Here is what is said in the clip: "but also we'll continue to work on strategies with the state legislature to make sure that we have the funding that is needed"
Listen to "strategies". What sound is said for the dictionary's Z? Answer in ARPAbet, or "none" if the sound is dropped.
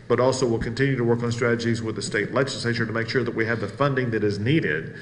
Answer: Z